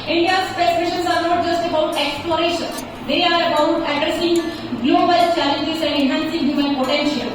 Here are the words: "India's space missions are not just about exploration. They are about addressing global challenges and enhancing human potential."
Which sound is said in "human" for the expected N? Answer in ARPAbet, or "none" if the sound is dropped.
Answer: L